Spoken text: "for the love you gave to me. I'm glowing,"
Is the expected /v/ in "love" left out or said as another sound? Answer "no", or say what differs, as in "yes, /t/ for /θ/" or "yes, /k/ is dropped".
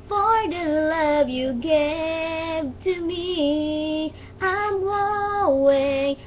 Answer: no